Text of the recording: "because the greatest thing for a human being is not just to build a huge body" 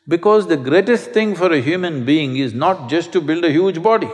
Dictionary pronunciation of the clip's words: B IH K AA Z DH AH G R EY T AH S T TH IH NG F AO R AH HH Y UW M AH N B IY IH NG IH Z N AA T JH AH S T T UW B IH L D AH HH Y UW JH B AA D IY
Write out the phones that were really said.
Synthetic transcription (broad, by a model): B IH K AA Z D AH G R EY T AH S T T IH NG F AO R AH HH Y UW M AH N B IY IH NG IH Z N AA T JH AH S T T UW B IH L D AH HH Y UW JH B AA D IY